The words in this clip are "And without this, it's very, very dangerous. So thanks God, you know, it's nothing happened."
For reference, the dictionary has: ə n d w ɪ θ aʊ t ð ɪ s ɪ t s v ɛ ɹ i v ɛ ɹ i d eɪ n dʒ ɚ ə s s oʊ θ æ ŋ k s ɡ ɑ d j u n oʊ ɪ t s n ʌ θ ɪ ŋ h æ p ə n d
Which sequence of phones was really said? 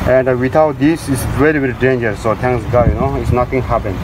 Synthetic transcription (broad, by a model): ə n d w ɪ t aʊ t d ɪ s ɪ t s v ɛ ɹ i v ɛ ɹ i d eɪ n dʒ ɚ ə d s oʊ t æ ŋ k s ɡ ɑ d j u n oʊ ɪ t s n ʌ t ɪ ŋ h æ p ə n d